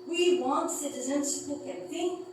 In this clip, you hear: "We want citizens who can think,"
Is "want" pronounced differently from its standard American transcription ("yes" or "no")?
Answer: no